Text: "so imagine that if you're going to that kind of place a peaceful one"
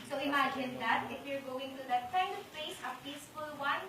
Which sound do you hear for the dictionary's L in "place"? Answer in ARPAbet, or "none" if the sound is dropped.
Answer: none